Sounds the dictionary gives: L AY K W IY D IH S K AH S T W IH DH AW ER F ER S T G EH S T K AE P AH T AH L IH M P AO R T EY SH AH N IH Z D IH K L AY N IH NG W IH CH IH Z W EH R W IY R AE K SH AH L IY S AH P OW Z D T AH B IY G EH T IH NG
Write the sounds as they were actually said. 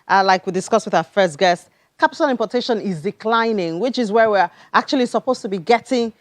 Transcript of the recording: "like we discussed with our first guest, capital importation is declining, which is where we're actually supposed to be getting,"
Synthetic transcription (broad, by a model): L AY K W IY D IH S K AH S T W IH DH AW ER F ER S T G EH S T K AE P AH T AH L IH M P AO T EY SH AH N IH Z D IH K L AY N IH NG W IH CH IH Z W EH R W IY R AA K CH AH L IY S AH P OW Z T AH B IY G EH T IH NG